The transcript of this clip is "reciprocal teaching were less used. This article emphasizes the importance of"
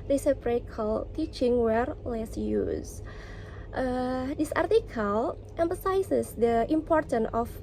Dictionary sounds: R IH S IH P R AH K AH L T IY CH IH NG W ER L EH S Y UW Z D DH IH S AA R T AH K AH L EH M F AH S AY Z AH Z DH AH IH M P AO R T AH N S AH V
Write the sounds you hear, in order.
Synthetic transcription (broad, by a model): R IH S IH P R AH K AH L T IY CH IH NG W ER L EH S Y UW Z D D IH S AA R T AH K AH L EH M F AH S AY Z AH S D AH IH M P AO R T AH N AH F